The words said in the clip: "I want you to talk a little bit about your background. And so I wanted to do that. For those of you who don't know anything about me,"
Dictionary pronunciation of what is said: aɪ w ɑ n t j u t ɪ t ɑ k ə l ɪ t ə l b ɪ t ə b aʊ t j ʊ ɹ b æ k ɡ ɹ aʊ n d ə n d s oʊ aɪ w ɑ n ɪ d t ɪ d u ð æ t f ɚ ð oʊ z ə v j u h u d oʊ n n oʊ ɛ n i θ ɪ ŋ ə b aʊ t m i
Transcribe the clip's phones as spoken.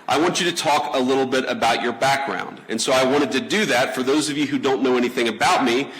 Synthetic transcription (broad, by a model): aɪ w ɑ n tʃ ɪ t ɪ t ɑ k ə l ɪ t l b ɪ t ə b aʊ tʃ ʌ ɹ b æ k ɡ ɹ aʊ n d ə n s oʊ aɪ w ɑ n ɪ d t ɪ d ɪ ð æ t f ɚ ð oʊ z ə v j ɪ h u d oʊ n n oʊ ɛ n i θ ɪ ŋ ə b aʊ t m i